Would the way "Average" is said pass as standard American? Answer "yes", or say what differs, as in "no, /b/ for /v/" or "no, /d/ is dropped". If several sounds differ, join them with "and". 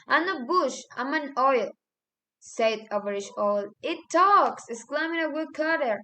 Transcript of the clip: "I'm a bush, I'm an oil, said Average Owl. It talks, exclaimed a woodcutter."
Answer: no, /ʃ/ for /dʒ/